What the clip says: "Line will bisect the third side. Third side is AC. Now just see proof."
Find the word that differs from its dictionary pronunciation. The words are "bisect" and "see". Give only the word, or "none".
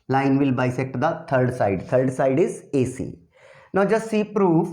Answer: none